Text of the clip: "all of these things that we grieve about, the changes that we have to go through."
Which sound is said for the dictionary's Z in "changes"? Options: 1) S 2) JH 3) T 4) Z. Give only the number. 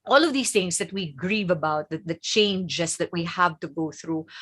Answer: 1